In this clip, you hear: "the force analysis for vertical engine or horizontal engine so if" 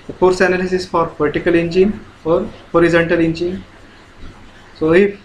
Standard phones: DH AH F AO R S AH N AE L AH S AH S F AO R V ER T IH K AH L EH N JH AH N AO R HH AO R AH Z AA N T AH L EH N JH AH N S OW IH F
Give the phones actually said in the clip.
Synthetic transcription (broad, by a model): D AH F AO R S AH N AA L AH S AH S F AO R P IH T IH K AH L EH N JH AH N AO R HH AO R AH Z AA N T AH L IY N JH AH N S OW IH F